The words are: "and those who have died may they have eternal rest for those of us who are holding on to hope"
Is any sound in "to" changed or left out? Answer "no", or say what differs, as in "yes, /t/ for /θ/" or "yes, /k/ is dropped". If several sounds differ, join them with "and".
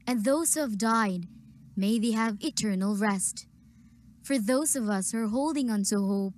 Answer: yes, /s/ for /t/